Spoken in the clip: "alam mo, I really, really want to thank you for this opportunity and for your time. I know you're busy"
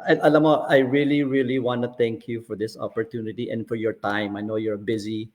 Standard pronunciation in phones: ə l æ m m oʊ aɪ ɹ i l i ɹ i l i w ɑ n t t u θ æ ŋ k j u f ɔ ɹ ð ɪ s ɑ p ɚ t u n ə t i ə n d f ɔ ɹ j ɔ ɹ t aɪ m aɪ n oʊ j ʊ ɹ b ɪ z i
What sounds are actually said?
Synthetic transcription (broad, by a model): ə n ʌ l m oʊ aɪ ɹ i l i ɹ i l i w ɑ n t t u t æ ŋ k j u f ɔ ɹ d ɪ s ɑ p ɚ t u n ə t i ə n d f ɔ ɹ j ɔ ɹ t aɪ m aɪ n oʊ j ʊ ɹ b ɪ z i